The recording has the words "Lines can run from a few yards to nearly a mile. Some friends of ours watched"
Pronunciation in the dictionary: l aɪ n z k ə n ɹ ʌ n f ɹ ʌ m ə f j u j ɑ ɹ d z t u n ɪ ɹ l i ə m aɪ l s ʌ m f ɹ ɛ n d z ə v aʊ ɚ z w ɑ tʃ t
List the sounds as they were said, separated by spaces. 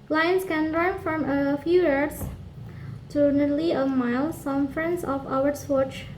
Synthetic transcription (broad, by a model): l aɪ n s k ə n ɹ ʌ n f ɹ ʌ m ə f j u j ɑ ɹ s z t u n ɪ l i ə m aɪ l s ʌ m f ɹ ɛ n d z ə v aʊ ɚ s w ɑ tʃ